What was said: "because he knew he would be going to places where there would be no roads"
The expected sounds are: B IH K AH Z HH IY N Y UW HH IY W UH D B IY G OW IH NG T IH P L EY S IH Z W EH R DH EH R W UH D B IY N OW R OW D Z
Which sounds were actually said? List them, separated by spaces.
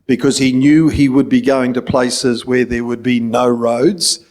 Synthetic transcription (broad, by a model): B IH K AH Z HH IY N Y UW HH IY W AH D B IY G OW IH NG T IH P L EY S IH Z W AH R DH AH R W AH D B IY N OW R OW D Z